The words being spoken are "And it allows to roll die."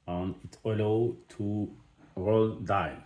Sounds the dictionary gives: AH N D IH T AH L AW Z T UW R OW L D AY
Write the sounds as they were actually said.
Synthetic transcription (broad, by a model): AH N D IH T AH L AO T UW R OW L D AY